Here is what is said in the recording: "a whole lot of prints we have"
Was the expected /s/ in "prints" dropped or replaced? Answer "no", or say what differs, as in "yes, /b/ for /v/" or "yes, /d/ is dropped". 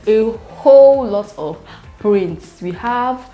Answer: no